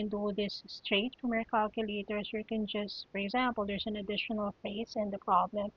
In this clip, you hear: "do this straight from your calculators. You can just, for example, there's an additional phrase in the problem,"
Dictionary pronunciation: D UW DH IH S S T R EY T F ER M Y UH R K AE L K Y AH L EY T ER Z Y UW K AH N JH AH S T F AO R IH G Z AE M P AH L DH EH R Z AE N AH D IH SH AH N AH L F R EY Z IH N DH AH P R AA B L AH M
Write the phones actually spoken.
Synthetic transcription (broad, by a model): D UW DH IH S S T R EY T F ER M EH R K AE L K Y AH L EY T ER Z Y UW K AH N JH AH S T F AO R IH G Z AE M P AH L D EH R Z AE N AH D IH SH AH N AH L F EY S IH N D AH P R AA B L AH M